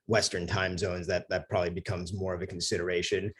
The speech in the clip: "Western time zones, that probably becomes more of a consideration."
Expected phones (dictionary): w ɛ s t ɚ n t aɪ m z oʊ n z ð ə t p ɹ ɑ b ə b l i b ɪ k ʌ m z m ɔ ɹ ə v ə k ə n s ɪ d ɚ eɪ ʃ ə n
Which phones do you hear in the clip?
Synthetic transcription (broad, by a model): w ɛ s t ɚ n t aɪ m z oʊ n z ð ə t p ɹ ɑ b ə b l i b ɪ k ʌ m z m ɔ ɹ ə v ə k n s ɪ d ɚ eɪ ʃ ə n